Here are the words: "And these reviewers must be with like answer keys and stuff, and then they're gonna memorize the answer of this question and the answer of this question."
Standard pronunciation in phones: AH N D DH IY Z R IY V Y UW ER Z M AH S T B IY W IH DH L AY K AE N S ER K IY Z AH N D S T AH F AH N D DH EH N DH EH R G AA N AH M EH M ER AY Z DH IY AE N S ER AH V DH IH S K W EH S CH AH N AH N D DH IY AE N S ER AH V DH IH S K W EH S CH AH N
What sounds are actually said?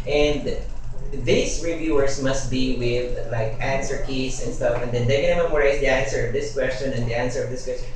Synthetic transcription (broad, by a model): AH N D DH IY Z R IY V Y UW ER S M AH S T B IY W IH DH L AY K AE N S ER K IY S AH N D S T AH F AH N D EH N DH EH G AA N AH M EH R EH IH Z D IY AE N S ER AH V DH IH S K W EH S CH AH N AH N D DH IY AE N S ER AH V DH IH S K W EH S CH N